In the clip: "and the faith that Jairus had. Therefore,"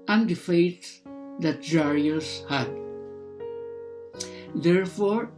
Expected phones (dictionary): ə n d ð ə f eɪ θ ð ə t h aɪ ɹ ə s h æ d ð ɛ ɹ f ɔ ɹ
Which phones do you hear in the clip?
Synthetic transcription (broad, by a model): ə n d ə f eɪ t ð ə t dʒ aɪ ɹ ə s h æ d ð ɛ ɹ f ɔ ɹ